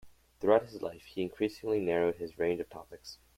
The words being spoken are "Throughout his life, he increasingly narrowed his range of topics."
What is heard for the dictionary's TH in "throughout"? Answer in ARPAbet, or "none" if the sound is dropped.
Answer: TH